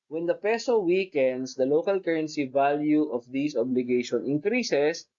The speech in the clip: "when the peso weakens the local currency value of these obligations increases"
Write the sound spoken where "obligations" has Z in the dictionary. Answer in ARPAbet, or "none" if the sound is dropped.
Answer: none